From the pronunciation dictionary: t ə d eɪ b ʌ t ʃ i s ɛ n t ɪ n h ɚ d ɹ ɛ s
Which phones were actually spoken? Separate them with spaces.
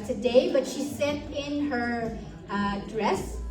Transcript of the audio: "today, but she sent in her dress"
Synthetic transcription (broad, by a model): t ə d eɪ b ʌ t ʃ i s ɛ t ɪ n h ɚ d ɹ ɛ s